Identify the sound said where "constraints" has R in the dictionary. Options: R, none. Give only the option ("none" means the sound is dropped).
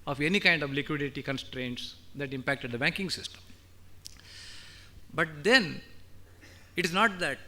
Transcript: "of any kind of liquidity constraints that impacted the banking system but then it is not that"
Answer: R